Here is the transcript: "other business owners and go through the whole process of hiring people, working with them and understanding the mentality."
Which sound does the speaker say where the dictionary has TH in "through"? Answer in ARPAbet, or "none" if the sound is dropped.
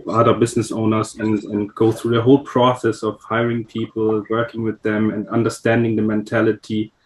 TH